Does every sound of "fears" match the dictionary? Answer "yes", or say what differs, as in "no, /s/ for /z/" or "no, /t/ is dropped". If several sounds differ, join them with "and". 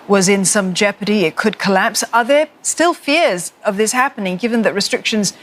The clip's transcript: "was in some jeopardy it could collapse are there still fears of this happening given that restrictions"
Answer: yes